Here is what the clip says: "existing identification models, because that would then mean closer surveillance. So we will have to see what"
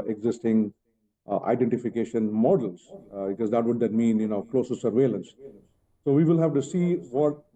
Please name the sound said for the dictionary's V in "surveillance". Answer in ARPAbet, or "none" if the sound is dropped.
V